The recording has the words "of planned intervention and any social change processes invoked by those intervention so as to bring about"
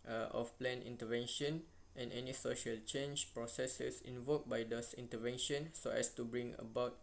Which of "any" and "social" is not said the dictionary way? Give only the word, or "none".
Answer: none